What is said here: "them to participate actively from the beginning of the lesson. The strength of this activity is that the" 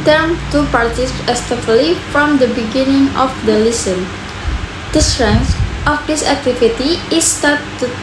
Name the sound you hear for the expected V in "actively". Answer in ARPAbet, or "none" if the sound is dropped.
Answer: none